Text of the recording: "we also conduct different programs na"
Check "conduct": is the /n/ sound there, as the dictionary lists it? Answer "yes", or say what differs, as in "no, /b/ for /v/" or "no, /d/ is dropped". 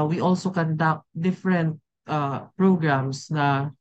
yes